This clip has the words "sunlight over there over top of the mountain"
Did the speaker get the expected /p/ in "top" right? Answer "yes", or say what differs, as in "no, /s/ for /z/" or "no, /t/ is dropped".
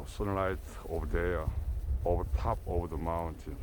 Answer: yes